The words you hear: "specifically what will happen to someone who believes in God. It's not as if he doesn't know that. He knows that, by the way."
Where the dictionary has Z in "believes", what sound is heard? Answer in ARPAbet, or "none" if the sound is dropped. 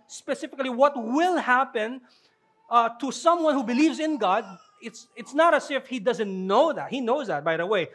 Z